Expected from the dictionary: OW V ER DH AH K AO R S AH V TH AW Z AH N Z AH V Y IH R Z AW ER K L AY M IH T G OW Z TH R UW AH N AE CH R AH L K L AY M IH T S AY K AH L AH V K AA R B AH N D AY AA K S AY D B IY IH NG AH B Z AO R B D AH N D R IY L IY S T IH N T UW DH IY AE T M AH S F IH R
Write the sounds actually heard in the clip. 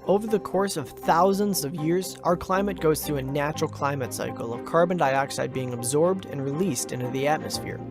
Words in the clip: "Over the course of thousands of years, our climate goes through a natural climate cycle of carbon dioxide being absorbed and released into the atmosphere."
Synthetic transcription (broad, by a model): OW V ER DH AH K AO R S AH V TH AW Z AH N Z AH V Y IH R Z AW ER K L AY M IH T G OW Z TH R UW AH N AE CH R L K L AY M IH T S AY K L AH V K AA R B AH N D AY AA K S AY D B IY IH NG AH B Z AO R B D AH N R IY L IY S T IH N T UW DH IY AE T M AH S F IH R